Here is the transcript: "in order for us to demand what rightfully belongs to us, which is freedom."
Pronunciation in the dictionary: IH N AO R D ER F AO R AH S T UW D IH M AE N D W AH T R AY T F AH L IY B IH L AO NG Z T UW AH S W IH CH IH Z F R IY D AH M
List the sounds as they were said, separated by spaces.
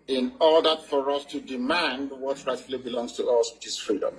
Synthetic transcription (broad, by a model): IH N AO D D F AO R AH S T UW D IH M AE N D W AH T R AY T AH L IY B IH L AO NG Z T UW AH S W IH CH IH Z F R IY D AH M